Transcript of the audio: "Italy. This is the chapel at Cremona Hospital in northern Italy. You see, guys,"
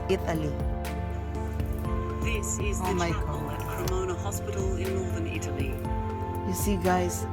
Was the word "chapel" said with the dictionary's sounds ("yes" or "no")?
no